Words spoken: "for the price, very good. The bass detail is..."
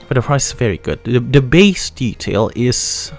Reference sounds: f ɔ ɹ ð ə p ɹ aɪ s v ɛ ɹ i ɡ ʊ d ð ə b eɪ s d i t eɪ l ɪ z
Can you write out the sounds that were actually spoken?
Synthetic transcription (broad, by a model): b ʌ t ð ə p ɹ aɪ s v ɛ ɹ i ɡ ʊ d ð ə b eɪ s d i t eɪ l ɪ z